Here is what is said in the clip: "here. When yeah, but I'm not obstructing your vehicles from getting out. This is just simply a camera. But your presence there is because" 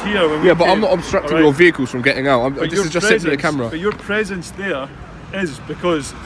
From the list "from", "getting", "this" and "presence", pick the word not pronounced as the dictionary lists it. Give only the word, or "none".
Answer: none